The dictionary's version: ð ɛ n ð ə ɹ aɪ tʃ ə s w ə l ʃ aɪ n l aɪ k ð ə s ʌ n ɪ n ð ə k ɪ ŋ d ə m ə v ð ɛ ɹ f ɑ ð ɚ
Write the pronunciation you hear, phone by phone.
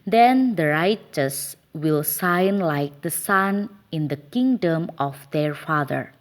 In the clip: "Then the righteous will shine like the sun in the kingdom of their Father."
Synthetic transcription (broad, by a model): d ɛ n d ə ɹ aɪ tʃ ə s w ə l s aɪ n l aɪ k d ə s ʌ n ɪ n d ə k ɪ ŋ d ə m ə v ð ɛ ɹ f ɑ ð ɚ